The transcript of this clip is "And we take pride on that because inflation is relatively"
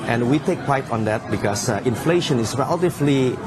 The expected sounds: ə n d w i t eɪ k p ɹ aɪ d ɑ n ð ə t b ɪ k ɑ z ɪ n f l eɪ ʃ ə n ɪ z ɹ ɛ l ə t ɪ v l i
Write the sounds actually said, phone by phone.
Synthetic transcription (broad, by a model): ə n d w i t eɪ k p aɪ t ɑ n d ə t b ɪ k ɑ s ɪ n f l eɪ ʃ ə n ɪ s ɹ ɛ l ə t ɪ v l i